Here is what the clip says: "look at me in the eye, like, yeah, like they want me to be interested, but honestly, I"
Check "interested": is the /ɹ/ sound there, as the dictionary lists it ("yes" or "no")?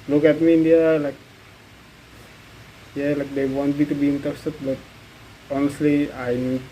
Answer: no